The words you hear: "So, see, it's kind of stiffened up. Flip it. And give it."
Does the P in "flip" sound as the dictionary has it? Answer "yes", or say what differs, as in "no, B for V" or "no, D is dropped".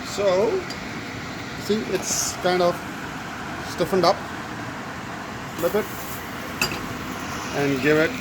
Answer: no, B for P